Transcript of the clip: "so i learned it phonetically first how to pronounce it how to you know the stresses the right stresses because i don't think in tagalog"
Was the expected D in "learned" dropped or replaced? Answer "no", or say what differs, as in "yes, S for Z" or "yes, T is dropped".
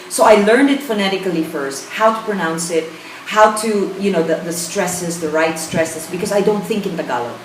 no